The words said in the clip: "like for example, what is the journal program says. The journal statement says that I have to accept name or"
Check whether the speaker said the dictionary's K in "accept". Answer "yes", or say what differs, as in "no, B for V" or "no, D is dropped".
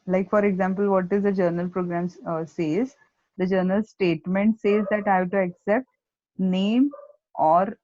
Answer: yes